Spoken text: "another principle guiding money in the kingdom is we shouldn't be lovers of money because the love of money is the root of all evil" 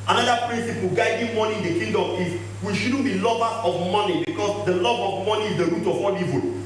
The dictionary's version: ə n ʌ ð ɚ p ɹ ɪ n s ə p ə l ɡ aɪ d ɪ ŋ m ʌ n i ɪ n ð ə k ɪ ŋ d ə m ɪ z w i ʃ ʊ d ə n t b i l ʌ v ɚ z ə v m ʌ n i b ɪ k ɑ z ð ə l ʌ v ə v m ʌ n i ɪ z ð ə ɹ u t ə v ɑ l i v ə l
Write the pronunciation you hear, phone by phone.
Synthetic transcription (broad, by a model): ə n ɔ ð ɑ p ɹ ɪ n s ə p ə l ɡ aɪ d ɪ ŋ m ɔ n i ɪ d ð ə k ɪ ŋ d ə m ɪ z w i ʃ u d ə n b i l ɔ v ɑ ə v m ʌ n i b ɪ k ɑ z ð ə l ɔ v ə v m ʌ n i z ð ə ɹ u t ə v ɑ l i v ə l